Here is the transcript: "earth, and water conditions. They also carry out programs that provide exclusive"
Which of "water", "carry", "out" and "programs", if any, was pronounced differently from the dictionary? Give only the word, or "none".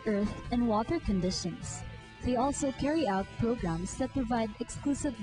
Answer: programs